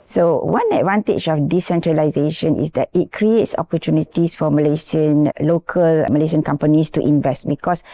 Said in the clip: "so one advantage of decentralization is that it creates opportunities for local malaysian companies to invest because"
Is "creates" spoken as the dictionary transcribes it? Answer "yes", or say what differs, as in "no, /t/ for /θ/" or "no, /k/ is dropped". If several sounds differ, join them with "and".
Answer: yes